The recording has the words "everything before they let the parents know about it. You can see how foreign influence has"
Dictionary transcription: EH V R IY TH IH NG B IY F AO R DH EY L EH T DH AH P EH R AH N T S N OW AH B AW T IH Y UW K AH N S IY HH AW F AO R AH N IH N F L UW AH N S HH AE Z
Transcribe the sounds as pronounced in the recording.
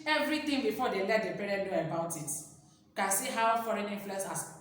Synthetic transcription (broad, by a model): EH V R IY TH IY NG B IY F AO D EY L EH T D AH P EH R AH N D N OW AH B AW T IH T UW K AH N S IY HH AW F AO R AH N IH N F UW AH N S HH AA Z